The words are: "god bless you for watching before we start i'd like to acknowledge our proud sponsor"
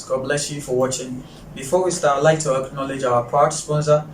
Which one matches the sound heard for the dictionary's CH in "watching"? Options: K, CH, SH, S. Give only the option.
CH